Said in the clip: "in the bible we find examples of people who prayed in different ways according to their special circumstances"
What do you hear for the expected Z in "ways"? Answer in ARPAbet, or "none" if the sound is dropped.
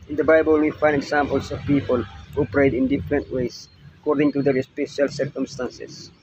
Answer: S